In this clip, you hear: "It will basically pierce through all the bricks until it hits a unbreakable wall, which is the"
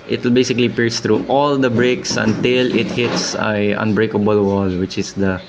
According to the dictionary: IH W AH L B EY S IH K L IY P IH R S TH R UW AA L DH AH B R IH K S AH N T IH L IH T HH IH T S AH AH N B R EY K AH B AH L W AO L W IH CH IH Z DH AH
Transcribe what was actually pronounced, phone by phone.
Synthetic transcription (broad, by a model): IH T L B EY S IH K L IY P IH R S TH R UW AA L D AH B R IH K S AH N T IH L IH T HH IH T S AH AH N B R EY K AH B AH L W AO L W IH CH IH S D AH